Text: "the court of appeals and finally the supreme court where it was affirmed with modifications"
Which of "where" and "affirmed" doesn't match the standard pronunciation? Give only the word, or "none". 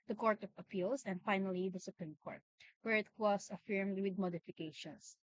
none